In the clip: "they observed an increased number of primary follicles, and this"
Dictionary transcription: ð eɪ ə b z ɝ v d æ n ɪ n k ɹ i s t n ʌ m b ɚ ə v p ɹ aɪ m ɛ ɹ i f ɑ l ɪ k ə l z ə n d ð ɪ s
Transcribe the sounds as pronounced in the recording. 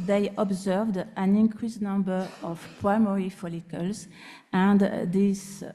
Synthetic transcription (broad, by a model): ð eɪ ə b z ɝ v d æ n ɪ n k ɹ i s n ʌ m b ɚ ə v p ɹ aɪ m ɛ ɹ i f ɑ l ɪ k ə l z ə n d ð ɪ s